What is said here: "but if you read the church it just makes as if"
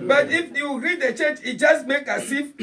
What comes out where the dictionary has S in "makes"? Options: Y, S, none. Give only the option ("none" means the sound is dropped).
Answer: none